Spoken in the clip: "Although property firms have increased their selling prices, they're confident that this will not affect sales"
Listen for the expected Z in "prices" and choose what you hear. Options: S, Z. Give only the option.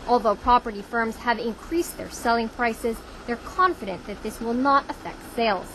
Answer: Z